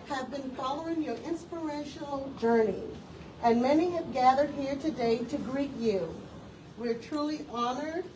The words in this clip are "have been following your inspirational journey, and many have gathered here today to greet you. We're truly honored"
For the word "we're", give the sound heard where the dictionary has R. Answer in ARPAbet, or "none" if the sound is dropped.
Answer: R